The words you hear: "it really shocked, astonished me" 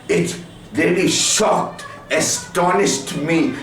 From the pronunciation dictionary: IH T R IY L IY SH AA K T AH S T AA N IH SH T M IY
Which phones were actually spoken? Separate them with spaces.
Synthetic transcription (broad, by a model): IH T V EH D IY SH AA K T AH S T AA N IH SH T M IY